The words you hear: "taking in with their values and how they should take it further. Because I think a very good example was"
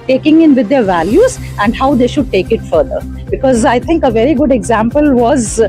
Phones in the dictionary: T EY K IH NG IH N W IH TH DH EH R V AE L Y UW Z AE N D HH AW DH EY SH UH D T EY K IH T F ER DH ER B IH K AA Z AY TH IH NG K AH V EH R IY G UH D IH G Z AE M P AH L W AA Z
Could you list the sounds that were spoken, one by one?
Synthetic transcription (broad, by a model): T EY K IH NG IH N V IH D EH R V AE L Y UW Z AE N D HH AW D EY SH UH D T EY K IH T F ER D ER B IH K AA Z AY T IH NG K AH V EH R IY G UH D IH G Z AE M P AH L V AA Z